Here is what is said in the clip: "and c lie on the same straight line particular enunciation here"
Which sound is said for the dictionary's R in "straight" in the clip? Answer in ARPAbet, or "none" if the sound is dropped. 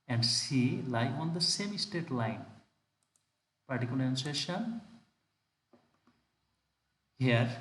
none